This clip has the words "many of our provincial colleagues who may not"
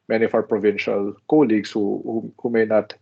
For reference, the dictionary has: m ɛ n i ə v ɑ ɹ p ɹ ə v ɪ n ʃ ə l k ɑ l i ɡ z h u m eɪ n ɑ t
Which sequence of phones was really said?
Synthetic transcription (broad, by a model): m ɛ n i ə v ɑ w p ɹ ə v ɪ n ʃ ə l k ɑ l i ɡ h h u m eɪ n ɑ t